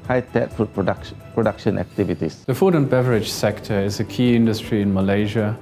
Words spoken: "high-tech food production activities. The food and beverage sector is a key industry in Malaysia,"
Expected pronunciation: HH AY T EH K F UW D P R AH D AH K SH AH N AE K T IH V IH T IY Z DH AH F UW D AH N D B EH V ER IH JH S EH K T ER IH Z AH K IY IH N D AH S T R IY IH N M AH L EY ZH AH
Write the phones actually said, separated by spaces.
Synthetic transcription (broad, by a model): HH AY T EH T F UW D P R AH D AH K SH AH N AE K T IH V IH T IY S DH AH F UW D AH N B EH V ER IH JH S EH K T ER IH Z AH K IY IH N D AH S T R IY IH N M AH L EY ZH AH